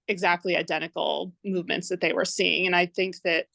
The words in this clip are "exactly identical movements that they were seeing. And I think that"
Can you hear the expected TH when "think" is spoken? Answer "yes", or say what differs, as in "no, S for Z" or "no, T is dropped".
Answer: yes